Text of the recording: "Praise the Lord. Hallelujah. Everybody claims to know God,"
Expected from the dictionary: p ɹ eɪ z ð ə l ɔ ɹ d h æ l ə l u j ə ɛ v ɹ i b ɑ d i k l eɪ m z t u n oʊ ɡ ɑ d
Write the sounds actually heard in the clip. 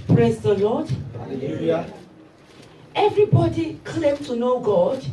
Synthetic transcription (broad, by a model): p ɹ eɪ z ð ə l ɔ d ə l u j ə ɛ v ɹ i b ɑ d i k l eɪ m t u n oʊ ɡ ɑ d